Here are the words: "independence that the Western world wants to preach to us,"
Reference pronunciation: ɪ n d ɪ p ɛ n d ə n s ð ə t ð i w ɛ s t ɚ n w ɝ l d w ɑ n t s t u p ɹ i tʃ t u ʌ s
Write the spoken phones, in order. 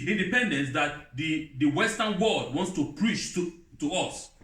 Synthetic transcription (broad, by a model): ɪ n d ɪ p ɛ n d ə n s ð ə t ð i w ɛ s t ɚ n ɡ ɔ d w ɑ n t s t u p ɹ i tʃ t u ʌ s